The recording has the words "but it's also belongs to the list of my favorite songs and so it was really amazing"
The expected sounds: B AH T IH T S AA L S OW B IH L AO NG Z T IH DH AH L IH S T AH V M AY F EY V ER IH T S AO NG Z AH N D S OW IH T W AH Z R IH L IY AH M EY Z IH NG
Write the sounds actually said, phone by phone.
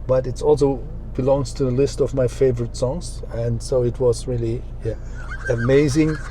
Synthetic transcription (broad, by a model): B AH T IH T S AA L S OW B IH L AO NG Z T IH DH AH L IH S T AH V M AY F EY V ER IH T S AO NG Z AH N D S OW IH T W AH Z R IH L IY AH M EY Z IH NG